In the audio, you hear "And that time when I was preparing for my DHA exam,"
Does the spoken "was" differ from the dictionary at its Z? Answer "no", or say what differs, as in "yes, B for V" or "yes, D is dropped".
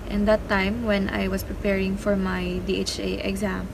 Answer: yes, S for Z